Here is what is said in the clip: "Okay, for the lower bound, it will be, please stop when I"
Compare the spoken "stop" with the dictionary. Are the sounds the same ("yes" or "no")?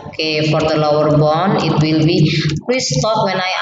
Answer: no